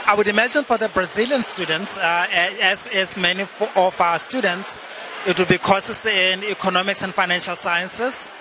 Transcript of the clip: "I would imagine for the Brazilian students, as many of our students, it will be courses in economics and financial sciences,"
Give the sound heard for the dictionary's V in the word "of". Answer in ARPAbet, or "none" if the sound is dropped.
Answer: F